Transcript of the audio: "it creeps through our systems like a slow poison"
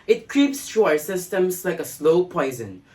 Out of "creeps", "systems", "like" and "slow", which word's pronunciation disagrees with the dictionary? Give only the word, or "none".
systems